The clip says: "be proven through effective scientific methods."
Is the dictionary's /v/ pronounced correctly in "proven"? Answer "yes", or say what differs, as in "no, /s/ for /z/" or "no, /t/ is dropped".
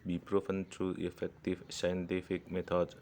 no, /f/ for /v/